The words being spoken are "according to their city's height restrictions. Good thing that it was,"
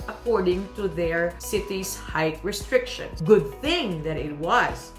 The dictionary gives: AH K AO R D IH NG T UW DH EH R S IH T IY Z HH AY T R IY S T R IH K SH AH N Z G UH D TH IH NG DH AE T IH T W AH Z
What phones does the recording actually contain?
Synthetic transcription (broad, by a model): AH K AO R D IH NG T UW DH EH R S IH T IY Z HH AY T R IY S T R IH K SH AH N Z G UH D TH IH NG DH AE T IH T W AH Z